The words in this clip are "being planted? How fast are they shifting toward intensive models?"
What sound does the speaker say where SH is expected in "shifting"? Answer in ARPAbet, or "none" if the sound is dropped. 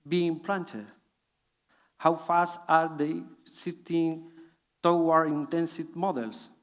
S